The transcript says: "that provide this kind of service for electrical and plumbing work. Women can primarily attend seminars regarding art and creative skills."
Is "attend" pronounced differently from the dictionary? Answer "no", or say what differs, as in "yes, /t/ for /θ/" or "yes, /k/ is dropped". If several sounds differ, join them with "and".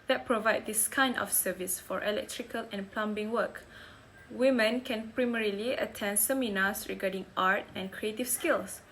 no